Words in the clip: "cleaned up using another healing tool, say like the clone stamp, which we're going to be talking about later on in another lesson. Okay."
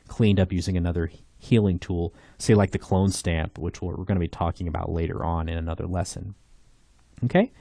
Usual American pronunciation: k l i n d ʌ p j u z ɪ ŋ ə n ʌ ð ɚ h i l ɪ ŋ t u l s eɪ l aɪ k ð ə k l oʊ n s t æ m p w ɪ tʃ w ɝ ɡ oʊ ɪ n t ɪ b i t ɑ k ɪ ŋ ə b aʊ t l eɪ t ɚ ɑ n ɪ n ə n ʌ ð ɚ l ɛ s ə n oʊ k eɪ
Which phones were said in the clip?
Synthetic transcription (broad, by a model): k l i n d ʌ p j u z ɪ ŋ ə n ʌ ð ɚ h i l ɪ ŋ t u l s eɪ l aɪ k ð ə k l oʊ n s t æ m p w ɪ tʃ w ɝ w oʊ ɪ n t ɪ b i t ɑ k ɪ ŋ ə b aʊ t l eɪ t ɚ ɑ n ɪ n ə n ʌ ð ɚ l ɛ s ə n oʊ k eɪ